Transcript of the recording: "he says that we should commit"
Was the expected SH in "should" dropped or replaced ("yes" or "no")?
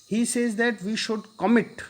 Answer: no